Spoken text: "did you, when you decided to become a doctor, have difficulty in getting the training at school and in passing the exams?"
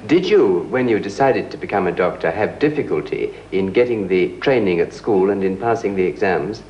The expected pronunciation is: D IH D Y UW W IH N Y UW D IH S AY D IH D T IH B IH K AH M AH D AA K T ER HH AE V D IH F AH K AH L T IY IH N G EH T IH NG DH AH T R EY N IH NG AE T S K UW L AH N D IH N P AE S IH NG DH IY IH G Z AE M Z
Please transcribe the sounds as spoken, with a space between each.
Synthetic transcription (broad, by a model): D IH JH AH W IH N Y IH D IH S AY D IH D T IH B IH K AH M AH D AA K T ER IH V D IH F AH K AH L T IY IH N G EH T IH NG DH AH T R EY N IH NG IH T S K UW L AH N IH N P AE S IH NG DH IY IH G Z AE M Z